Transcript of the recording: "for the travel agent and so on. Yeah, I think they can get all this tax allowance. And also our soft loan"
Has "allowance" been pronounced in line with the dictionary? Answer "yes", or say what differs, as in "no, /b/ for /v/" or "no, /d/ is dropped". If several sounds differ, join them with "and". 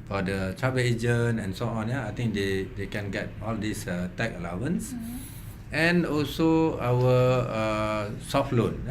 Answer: yes